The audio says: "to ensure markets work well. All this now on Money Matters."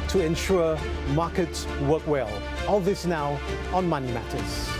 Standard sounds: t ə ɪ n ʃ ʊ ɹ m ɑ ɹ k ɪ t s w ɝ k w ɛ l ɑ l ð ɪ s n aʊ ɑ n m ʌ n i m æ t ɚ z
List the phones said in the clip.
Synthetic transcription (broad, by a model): t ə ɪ n ʃ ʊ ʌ m ɑ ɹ k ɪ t w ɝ k w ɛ l ɑ l ð ɪ s n aʊ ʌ n m ʌ n i m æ t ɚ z